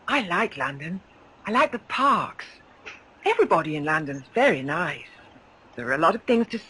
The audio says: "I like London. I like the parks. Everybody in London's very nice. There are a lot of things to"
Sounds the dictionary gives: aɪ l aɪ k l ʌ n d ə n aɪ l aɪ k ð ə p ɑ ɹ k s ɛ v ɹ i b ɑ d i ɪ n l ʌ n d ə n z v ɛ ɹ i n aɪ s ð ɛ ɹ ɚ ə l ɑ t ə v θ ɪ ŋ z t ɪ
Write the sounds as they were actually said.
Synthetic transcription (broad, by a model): aɪ l aɪ k l ʌ n d ə n aɪ l aɪ k ð ə p ɑ ɹ k s ɛ v ɹ i b ɑ d i ɪ n l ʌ n d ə n z v ɛ ɹ i n aɪ s ð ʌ ɹ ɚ ə l ɑ t ə v θ ɪ ŋ z t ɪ